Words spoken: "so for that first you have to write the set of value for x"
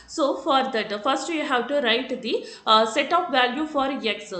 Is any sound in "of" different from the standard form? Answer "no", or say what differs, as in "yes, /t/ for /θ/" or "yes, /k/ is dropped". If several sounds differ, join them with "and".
yes, /p/ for /v/